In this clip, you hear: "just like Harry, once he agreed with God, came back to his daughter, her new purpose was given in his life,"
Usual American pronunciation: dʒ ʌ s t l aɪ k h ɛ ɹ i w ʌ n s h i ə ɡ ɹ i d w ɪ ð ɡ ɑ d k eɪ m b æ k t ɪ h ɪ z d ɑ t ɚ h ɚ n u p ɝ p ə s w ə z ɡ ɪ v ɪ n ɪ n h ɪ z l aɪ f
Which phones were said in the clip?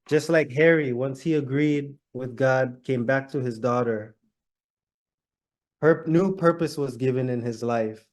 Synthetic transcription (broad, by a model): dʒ ʌ s t l aɪ k h ɛ ɹ i w ʌ n s h i ə ɡ ɹ i d w ɪ ð ɡ ɑ d k eɪ m b æ k t ɪ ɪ z d ɑ t ɚ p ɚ n u p ɝ p ə s w ə z ɡ ɪ v ɪ n ɪ n ɪ z l aɪ f